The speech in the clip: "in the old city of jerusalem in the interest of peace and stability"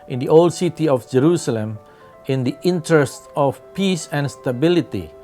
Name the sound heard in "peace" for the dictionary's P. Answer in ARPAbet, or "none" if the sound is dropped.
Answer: P